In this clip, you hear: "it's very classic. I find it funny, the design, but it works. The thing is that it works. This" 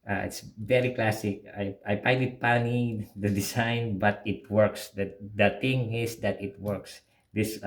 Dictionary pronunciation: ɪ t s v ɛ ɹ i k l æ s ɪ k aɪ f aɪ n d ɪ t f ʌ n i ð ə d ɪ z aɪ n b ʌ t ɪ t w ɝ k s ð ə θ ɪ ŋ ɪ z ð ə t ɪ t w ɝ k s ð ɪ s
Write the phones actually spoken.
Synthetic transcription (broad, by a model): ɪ t s v ɛ ɹ i k l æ s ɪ k aɪ p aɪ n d ɪ t p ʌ n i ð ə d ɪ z aɪ n b ʌ t ɪ t w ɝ k s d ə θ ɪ ŋ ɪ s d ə t ɪ t w ɝ k s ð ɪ s